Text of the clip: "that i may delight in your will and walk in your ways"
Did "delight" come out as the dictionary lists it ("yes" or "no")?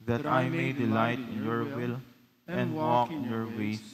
yes